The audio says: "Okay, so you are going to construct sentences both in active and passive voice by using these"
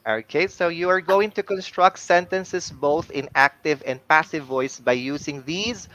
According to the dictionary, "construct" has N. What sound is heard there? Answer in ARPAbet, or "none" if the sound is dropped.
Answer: N